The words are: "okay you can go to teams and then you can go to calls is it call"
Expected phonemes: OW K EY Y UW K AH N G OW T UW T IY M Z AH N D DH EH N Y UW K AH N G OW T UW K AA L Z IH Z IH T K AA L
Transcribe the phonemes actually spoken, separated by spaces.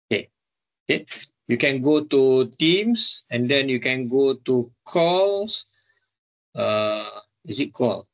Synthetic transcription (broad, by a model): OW K EY Y UW K AH N G OW T UW T IY M S AH N D EH N Y UW K AH N G OW T UW K AA L S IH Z IH T K AA L